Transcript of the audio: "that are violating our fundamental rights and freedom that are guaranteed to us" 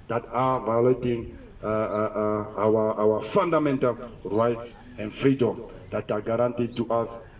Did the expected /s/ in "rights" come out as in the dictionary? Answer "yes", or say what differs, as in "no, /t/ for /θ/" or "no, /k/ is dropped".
yes